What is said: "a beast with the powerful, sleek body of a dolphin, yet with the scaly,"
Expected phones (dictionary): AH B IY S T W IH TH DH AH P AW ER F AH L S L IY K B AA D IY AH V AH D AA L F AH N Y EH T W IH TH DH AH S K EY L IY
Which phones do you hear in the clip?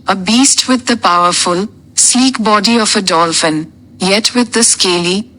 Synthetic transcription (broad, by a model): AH B IY S T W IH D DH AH P AW ER F AH L S L IY K B AA D IY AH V AH D AA L F AH N Y EH T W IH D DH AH S K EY L IY